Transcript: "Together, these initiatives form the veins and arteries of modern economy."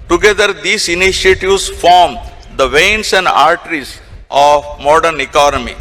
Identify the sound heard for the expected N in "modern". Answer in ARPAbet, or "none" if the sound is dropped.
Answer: N